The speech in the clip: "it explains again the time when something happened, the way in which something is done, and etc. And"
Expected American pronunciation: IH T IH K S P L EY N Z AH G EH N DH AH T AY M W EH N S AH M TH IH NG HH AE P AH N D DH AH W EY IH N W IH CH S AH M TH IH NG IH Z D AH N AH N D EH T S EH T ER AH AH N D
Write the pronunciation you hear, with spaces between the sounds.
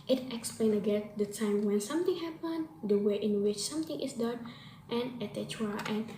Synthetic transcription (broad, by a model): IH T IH K S P L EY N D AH G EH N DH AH T AY M W EH N S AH M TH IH NG HH AE P AH N D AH W EY IH N W IH CH S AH M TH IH NG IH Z D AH N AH N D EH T EH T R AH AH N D